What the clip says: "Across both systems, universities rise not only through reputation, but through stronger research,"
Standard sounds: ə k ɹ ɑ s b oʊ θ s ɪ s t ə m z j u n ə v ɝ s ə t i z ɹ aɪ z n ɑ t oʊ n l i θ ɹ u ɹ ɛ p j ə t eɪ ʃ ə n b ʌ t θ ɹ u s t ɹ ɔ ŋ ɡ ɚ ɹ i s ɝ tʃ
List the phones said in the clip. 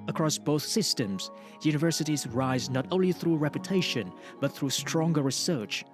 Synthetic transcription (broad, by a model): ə k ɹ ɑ s b oʊ θ s ɪ s t ə m z j u n ə v ɝ s ə t i z ɹ aɪ z n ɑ t oʊ n l i θ ɹ u ɹ ɛ p j ə t eɪ ʃ ə n b ʌ t θ ɹ u s t ɹ ɔ ŋ ɡ ɚ ɹ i s ɝ tʃ